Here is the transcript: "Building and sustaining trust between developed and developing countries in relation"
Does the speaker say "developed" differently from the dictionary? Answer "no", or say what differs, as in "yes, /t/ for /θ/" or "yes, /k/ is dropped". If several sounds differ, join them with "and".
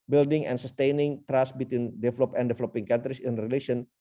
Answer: yes, /t/ is dropped